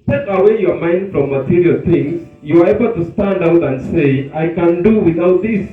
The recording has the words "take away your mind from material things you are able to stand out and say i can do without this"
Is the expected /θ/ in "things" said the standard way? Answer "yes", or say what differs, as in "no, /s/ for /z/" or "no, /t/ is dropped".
no, /t/ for /θ/